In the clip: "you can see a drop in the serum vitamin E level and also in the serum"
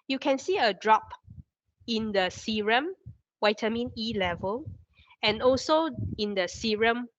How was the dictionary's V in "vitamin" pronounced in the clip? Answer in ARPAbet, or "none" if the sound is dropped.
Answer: W